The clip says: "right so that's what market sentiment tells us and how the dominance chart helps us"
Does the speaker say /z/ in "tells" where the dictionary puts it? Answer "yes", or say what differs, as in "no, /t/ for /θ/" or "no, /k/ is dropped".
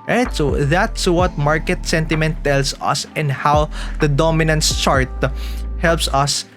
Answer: no, /s/ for /z/